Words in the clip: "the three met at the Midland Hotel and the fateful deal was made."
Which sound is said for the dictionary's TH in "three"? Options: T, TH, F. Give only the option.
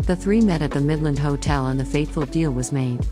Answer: TH